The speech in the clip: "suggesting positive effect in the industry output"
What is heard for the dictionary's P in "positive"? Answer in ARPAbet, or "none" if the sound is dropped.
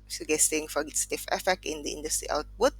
F